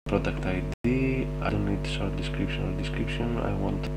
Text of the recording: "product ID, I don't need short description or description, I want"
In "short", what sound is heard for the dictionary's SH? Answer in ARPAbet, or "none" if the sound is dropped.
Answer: S